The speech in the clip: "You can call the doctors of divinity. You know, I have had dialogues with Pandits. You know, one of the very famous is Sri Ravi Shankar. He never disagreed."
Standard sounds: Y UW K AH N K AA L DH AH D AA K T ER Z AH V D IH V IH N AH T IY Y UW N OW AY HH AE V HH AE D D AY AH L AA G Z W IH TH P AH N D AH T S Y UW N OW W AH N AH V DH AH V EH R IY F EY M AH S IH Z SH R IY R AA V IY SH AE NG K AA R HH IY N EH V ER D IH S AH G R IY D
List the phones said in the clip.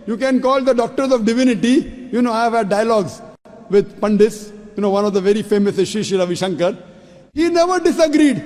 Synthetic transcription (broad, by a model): Y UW K AH N K AA L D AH D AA K T ER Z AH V D IH V IH N AH T IY Y UW N OW AY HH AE V HH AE D D AY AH L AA G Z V IH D P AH N D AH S Y UW N OW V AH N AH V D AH V EH R IY F EY M AH S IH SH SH IY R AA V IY SH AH NG K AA R HH IY N EH V ER D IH S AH G R IY D